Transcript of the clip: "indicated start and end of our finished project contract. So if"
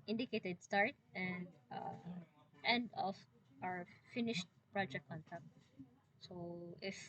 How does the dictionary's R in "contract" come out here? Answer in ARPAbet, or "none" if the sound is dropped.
none